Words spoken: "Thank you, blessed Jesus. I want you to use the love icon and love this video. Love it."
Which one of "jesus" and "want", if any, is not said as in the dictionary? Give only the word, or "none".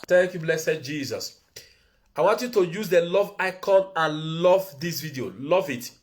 none